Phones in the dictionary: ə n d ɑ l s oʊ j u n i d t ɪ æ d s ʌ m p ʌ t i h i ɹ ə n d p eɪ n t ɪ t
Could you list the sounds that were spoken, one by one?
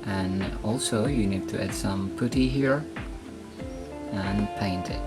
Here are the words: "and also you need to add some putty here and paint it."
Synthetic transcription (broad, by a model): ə n ɑ l s oʊ j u n i d t ɪ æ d s ʌ m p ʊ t i h i ɹ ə n p eɪ n t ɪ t